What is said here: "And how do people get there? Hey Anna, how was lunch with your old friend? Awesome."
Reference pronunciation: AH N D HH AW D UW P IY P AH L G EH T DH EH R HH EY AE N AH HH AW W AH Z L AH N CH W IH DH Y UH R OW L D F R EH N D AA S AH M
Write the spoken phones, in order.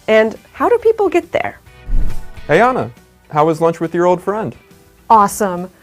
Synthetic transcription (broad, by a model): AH N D HH AW D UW P IY P L G EH T DH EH R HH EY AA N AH HH AW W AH Z L AH N CH W IH DH Y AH R OW L D F R EH N D AA S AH M